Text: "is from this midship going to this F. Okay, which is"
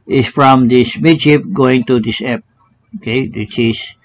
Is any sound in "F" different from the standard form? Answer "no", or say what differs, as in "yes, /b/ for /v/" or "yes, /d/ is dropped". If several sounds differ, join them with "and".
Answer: yes, /p/ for /f/